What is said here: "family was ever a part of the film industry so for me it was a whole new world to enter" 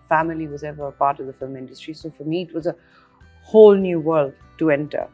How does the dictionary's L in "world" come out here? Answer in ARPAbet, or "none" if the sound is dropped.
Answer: L